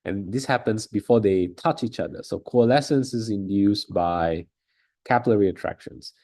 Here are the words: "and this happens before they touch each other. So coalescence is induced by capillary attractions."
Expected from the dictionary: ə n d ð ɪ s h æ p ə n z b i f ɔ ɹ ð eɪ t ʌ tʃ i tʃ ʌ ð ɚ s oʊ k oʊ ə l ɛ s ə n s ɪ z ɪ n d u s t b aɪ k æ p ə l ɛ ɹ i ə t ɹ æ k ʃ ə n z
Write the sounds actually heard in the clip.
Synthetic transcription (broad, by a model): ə n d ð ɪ s h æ p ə n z b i f ɔ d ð eɪ t ʌ tʃ i tʃ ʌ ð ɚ s oʊ k oʊ ə l ɛ s ə n s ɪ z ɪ n d u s b aɪ k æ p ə l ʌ ɹ i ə t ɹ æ k ʃ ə n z